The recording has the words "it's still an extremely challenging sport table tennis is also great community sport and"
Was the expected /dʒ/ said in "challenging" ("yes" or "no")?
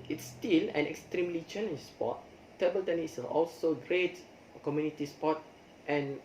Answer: no